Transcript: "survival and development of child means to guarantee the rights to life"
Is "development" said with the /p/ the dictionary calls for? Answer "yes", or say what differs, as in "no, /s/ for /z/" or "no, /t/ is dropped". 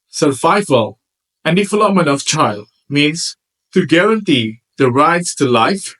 no, /p/ is dropped